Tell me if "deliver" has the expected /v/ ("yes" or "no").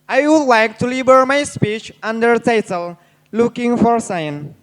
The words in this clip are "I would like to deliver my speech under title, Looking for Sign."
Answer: no